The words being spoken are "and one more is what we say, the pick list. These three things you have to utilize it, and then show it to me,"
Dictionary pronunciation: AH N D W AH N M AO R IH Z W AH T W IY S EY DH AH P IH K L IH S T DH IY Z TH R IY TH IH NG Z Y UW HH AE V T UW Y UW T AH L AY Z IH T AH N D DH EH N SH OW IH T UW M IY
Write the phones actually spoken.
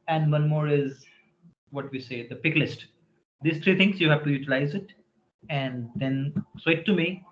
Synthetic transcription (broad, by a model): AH N D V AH N M AO R IH Z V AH T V IY S EY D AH P IH K L IH S T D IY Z T R IY T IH NG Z Y UW HH AE V T UW Y UW T AH L AY Z IH T AH N D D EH N S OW IH T UW M IY